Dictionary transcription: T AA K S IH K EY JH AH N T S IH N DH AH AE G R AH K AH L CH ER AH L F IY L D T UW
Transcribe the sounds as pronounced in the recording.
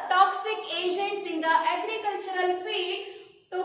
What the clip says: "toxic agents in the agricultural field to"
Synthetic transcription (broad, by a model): T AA K S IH K EY JH AH N T S IH N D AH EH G R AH K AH L CH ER AH L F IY D T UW